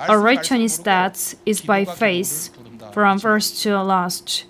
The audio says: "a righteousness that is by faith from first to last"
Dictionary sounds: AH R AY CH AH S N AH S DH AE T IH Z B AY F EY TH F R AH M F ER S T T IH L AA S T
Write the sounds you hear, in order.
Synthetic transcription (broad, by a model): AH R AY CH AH N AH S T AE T IH Z B AY F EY S F R AH M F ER S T T IH L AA S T